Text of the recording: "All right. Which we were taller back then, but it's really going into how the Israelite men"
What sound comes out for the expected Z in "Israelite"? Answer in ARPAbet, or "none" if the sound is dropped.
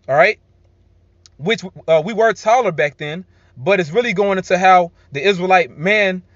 Z